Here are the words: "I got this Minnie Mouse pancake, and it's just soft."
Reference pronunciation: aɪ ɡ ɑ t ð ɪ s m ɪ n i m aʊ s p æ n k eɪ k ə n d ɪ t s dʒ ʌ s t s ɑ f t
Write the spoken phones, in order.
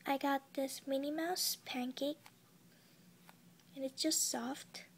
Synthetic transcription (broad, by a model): aɪ ɡ ɑ t ð ɪ s m ɪ n i m aʊ s p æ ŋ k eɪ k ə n ɪ t s dʒ ʌ s t s ɑ f t